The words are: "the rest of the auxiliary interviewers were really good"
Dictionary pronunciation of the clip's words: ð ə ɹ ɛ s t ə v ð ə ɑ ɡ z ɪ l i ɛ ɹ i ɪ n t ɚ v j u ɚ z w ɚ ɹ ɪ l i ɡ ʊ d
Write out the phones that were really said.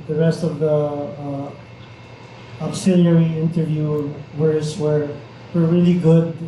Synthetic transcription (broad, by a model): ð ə ɹ ɛ s t ə v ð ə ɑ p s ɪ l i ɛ ɹ i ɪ n t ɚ v j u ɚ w w ɚ ɹ ɪ l i ɡ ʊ d